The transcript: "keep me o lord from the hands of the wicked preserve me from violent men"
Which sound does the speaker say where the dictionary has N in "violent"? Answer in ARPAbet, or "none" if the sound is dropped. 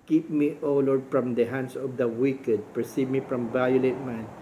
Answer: none